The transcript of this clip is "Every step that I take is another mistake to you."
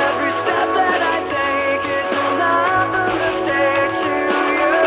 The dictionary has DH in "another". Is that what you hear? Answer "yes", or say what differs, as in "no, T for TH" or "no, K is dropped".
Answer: no, DH is dropped